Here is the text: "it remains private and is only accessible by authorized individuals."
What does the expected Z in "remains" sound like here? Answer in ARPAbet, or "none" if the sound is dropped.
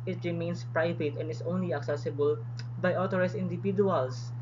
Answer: S